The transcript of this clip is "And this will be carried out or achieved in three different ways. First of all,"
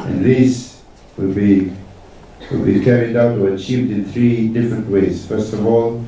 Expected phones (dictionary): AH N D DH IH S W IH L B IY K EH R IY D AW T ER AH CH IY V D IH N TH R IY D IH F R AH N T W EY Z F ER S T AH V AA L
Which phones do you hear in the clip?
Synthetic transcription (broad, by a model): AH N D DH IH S W IH L B IY K EH R IY D AW T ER AH CH IY V D IH N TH R IY D IH F R AH N T W EY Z F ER S T AH V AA L